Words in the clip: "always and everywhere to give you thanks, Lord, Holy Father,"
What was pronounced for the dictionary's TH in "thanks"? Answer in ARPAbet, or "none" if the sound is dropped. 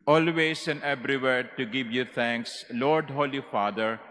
T